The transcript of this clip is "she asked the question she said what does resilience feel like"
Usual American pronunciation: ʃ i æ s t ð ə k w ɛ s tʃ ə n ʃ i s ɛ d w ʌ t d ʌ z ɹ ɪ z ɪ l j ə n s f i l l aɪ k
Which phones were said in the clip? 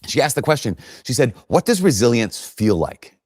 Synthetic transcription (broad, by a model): ʃ i æ s t ð ə k w ɛ s tʃ ə n ʃ i s ɛ d w ʌ t d ʌ z ɹ ɪ z ɪ l j ə n s f i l l aɪ k